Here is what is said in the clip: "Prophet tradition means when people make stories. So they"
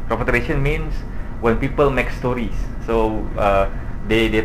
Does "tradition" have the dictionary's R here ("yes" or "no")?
no